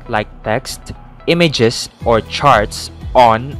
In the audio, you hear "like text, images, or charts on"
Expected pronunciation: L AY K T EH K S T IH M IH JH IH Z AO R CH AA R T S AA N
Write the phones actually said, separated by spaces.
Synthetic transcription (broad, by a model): L AY K T EH K S T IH M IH JH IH S AO R CH AA R T S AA N